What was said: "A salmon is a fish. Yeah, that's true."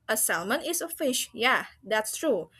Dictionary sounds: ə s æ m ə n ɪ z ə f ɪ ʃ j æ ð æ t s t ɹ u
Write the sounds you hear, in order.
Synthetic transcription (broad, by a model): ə s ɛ m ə n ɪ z ə f ɪ ʃ j æ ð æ t s t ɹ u